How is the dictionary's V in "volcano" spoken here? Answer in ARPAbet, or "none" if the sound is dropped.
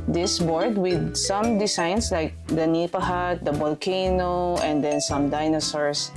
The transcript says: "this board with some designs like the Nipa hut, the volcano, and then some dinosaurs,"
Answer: B